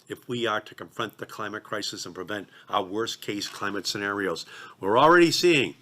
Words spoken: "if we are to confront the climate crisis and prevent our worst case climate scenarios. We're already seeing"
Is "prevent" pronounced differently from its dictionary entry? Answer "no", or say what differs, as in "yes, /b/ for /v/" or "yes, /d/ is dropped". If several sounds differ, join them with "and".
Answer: no